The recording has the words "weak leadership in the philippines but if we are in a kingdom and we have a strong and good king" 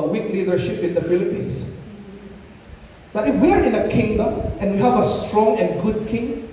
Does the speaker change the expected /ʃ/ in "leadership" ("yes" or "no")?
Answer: no